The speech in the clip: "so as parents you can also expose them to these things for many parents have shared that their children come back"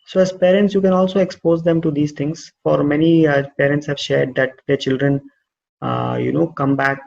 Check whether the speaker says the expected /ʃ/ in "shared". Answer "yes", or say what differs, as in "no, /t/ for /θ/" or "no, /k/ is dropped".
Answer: yes